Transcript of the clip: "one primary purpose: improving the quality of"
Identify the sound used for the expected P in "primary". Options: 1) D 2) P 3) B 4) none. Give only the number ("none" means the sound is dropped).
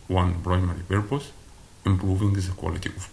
3